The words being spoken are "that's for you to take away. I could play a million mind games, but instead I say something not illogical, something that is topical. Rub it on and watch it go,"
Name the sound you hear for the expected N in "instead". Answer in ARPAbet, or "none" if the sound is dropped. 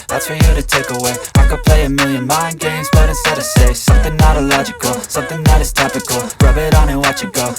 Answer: none